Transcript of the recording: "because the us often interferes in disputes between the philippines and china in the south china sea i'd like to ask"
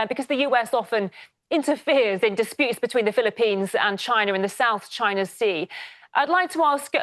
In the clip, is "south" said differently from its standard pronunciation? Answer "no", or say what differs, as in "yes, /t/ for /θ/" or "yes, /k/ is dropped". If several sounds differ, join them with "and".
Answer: no